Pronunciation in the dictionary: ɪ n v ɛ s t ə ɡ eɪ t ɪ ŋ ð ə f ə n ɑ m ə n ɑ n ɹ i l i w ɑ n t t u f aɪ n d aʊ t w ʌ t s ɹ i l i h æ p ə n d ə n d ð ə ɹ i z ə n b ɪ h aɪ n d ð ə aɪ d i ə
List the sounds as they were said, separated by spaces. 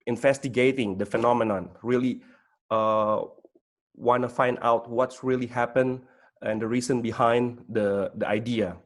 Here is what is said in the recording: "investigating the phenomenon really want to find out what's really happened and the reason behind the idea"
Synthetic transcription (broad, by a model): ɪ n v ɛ s t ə ɡ eɪ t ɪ ŋ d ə f ə n ɑ m ə n ɑ n ɹ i l i w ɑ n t t u f aɪ n d aʊ t w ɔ t s ɹ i l i h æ p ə n ə n d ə ɹ i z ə n b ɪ h aɪ n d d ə aɪ d i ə